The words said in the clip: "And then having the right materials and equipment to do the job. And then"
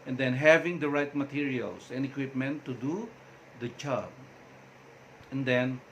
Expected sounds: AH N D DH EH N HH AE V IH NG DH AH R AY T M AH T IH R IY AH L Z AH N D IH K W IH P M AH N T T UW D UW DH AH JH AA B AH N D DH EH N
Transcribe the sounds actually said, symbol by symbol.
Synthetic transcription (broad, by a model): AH N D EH N HH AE V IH NG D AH R AY T M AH T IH R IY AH L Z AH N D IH K W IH P M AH N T T UW D UW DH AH CH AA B AH N D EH N